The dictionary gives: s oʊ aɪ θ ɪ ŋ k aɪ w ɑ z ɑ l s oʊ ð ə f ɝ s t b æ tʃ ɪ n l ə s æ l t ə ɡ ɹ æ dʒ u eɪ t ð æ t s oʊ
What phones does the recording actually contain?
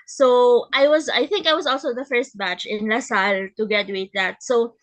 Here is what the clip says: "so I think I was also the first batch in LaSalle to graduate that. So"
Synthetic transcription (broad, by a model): s oʊ aɪ θ ɪ ŋ k aɪ w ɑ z ɑ l s oʊ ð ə f ɝ s t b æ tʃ ɪ n l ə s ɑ l t ə ɡ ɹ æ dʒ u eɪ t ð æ t s oʊ